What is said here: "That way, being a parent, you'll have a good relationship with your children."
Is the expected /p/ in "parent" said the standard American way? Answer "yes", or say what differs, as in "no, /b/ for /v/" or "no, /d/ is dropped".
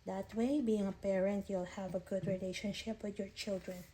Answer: yes